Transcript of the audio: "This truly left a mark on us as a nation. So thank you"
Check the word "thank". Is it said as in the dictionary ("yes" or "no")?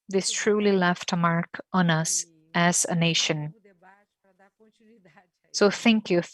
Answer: yes